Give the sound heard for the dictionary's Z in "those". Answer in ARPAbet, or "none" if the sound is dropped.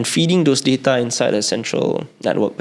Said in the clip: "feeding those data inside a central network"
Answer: S